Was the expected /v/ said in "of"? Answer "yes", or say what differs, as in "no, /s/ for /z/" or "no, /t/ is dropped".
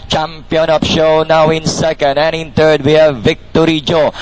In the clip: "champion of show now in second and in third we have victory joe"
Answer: no, /p/ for /v/